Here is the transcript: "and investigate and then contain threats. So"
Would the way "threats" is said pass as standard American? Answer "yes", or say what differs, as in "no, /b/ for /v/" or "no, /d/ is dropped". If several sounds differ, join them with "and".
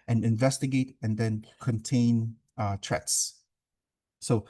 no, /t/ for /θ/